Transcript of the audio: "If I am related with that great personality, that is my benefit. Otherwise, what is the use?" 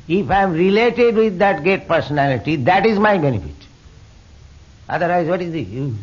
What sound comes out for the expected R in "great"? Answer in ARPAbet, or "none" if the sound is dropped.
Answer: none